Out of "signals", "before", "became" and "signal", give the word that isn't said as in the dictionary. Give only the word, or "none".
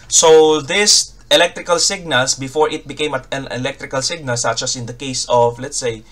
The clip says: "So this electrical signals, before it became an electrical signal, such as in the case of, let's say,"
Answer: signals